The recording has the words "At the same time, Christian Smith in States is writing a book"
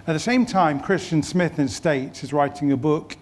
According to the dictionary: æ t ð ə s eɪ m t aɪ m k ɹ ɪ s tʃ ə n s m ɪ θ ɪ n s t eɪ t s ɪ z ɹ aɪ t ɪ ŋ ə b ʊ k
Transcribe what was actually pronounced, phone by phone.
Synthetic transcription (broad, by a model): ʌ t ð ə s eɪ m t aɪ m k ɹ ɪ s tʃ ə n s m ɪ θ ɪ n s t eɪ t s ɪ z ɹ aɪ t ɪ ŋ ə b ʊ k